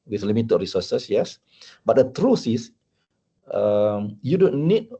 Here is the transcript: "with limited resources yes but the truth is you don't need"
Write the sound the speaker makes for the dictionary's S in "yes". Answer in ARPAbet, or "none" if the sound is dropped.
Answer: S